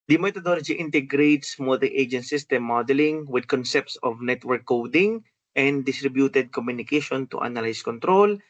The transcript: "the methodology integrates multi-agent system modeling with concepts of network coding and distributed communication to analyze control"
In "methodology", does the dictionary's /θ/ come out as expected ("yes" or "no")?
no